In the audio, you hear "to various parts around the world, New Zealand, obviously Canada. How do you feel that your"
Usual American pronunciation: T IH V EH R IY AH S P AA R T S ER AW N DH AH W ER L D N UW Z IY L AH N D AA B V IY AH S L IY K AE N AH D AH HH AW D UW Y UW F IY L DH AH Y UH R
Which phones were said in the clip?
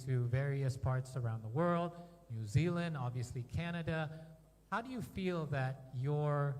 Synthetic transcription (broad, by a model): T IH V EH R IY AH S P AA R T S ER AW N DH AH W ER L D N UW Z IY L AH N D AA B V IY AH S L IY K AE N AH D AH HH AW D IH Y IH F IY L DH AH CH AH R